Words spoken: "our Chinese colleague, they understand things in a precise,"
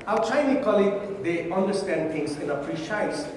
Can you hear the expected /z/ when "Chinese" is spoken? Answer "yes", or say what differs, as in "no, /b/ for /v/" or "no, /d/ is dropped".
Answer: no, /z/ is dropped